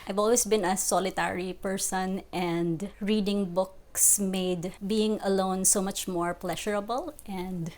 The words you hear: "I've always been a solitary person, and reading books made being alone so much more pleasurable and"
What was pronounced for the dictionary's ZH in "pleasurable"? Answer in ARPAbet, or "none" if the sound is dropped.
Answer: SH